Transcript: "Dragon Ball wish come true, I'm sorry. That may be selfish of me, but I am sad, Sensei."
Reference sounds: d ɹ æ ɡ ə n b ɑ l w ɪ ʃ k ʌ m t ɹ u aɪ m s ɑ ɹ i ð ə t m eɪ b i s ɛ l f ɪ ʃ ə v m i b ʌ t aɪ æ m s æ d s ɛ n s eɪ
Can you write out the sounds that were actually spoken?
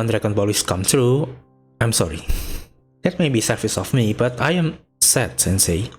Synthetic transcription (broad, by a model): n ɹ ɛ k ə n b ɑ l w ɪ s k ʌ m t ɹ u aɪ m s ɑ ɹ i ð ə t m eɪ b i s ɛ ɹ f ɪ s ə f m i b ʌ t aɪ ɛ m s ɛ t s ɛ n s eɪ